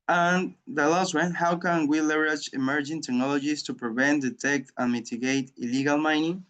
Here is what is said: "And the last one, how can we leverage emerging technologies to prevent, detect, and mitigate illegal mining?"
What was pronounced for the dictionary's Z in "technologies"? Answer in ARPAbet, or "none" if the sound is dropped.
S